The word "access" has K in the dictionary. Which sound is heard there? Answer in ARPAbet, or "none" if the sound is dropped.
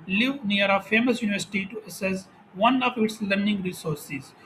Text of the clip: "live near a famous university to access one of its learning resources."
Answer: none